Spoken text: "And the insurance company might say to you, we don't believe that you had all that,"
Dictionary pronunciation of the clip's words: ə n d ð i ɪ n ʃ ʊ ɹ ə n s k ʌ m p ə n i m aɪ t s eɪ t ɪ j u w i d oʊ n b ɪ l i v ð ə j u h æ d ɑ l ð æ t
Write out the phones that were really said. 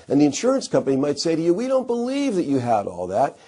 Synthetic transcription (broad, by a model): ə n ð i ɪ n ʃ ʊ ɹ ə n s k ʌ m p ə n i m aɪ t s eɪ t ɪ j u w i d oʊ n b ɪ l i v ð ə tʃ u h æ d ɑ l ð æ t